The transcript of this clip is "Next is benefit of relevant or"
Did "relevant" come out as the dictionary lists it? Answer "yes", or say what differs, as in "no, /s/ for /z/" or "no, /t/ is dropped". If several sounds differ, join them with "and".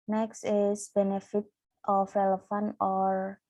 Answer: no, /f/ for /v/